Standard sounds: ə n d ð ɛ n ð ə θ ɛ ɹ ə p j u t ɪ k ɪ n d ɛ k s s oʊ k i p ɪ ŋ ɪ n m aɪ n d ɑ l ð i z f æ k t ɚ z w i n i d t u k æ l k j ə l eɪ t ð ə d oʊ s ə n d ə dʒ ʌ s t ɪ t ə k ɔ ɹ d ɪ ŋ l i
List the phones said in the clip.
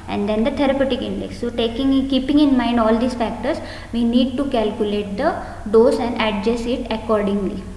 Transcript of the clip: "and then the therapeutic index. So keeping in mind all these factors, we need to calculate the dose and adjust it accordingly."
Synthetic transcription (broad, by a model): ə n d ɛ n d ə t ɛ ɹ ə p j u t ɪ k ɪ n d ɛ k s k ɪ k i p ɪ ŋ ɪ n m aɪ n d ɑ l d i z f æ k t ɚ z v i n i d t u k æ l k j ə l eɪ t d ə d oʊ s ə n d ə dʒ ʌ s ɪ t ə k ɔ ɹ d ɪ ŋ l i